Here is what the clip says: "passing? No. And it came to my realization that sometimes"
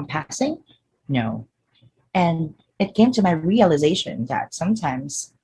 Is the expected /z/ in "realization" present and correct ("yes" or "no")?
yes